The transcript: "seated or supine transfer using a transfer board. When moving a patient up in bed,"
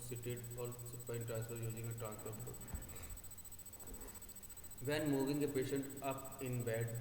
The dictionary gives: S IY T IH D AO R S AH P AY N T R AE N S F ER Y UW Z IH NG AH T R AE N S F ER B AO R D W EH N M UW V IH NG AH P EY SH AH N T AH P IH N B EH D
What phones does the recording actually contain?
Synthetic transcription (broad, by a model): S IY T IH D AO L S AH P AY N T R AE N S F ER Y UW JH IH NG AH T R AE N S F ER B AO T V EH N M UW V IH NG AH P EY SH AH N T AH P IH N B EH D